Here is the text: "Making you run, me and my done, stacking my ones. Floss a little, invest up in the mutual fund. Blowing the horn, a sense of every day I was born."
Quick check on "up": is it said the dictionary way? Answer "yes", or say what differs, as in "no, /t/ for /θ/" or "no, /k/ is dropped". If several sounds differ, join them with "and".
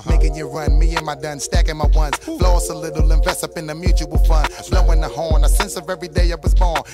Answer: yes